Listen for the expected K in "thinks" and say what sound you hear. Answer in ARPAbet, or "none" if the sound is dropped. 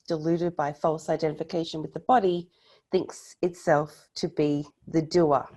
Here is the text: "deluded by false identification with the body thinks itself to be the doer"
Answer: K